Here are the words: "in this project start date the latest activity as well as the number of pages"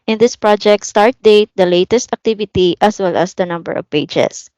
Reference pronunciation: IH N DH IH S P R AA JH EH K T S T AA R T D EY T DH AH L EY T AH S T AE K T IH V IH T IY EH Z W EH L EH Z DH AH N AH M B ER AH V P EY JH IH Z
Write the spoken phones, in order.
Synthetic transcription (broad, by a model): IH N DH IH S P R AA JH EH K T S T AA R T D EY T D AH L EY T AH S T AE K T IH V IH T IY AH S W EH L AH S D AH N AH M B ER AH V P EY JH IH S